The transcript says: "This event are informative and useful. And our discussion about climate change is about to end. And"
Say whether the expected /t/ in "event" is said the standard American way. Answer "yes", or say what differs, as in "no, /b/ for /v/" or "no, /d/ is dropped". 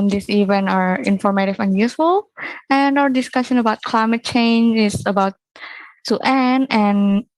no, /t/ is dropped